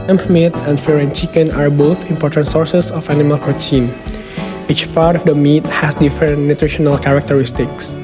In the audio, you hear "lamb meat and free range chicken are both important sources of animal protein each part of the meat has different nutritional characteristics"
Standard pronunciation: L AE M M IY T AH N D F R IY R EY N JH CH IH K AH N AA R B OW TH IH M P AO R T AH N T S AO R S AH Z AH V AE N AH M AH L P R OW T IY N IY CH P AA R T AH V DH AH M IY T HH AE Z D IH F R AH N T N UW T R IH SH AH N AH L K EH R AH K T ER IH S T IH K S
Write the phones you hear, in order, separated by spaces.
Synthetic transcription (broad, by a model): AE M M IY T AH N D F AO R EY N CH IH K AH N AA R B OW TH IH M P AO R T AH N T S AO R S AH S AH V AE N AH M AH L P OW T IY N IY CH P AA R T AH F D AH M IY T HH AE S D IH F R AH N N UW T R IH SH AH N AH L K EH R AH K T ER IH S T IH K S